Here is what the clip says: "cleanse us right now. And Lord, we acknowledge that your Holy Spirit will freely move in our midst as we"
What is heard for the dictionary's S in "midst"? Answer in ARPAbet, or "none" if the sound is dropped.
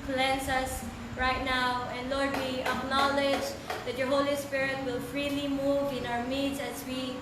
none